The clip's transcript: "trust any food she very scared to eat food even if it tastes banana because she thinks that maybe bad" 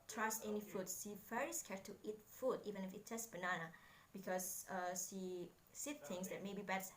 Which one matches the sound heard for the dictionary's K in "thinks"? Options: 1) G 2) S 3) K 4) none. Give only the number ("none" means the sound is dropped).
4